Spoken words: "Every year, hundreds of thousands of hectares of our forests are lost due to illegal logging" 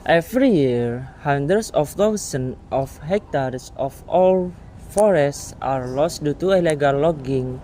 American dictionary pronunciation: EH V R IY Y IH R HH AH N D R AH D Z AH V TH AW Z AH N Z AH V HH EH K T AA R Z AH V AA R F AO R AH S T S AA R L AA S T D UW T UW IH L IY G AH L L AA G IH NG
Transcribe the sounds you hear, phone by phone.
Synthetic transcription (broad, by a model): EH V R IY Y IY R HH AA N D R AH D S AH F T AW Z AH N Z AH F HH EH K T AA R S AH F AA L F AO R AH S T S AA R L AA S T D UW T UW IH L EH G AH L L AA G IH NG